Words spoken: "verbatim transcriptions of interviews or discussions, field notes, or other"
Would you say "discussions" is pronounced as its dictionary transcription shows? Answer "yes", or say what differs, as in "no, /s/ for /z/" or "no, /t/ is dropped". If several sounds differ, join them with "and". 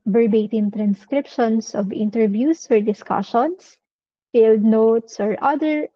no, /s/ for /z/